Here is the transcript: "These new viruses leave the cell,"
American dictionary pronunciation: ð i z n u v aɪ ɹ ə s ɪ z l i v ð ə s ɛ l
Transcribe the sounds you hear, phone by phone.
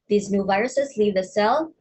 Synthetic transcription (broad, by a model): ð i z n u v aɪ ɹ ə s ɪ z l i v ð ə s ɛ l